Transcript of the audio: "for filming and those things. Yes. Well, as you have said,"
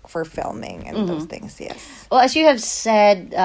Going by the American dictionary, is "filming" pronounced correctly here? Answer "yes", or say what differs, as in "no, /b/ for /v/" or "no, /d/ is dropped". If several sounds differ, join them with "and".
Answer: yes